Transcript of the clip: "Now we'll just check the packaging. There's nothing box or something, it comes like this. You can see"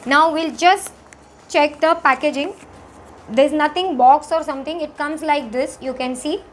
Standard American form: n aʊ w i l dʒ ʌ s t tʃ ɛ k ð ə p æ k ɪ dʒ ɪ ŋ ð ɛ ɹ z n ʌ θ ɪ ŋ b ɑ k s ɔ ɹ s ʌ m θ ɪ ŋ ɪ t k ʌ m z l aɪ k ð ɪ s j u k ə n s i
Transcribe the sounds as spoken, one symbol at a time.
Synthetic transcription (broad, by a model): n aʊ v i l dʒ ʌ s t tʃ ɛ k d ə p æ k ɪ dʒ ɪ ŋ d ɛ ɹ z n ʌ t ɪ ŋ b ɑ k s ɔ ɹ s ʌ m t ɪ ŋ ɪ t k ʌ m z l aɪ k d ɪ s j u k ə n s i